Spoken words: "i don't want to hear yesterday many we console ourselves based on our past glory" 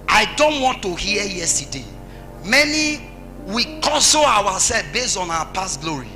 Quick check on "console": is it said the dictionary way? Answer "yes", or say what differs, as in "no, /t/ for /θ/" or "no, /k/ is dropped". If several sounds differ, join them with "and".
no, /w/ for /l/